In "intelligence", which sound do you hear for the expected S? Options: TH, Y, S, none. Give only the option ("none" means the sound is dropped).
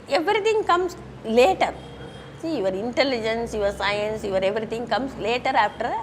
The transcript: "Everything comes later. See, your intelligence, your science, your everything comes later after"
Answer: S